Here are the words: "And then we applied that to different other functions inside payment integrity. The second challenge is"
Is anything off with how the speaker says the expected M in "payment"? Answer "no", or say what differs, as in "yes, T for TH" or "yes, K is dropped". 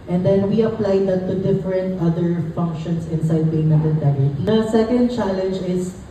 yes, M is dropped